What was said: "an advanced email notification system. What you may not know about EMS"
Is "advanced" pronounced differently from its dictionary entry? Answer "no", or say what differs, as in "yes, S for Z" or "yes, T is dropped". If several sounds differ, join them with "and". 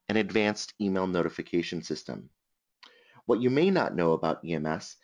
no